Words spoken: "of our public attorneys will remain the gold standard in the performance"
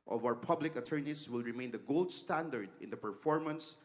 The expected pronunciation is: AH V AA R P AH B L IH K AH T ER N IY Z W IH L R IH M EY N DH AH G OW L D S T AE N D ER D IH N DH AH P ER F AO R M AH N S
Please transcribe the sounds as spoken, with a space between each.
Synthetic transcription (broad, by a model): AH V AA W P AH B L IH K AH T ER N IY S W IH L R IH M EY N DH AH G OW L D S T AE N D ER D IH N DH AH P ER F AO R M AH N S